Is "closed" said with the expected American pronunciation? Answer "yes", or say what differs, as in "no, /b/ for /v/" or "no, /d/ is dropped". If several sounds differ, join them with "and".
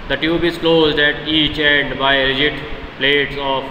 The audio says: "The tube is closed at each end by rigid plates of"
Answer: yes